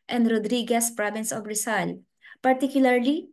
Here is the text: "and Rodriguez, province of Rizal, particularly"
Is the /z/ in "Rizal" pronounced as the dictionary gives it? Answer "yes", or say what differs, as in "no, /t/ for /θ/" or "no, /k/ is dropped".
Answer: no, /s/ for /z/